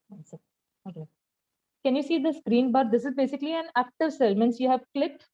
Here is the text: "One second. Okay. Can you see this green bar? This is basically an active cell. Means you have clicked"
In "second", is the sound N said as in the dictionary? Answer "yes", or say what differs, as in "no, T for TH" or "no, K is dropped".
no, N is dropped